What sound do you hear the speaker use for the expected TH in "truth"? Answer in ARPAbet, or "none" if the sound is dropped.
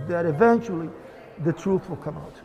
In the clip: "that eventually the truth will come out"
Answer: TH